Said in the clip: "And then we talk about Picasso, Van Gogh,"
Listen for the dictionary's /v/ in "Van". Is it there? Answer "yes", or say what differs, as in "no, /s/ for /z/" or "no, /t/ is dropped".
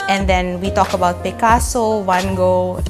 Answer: no, /w/ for /v/